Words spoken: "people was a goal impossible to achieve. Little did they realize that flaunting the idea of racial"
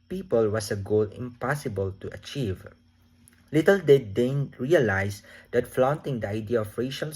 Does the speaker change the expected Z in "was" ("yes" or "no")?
yes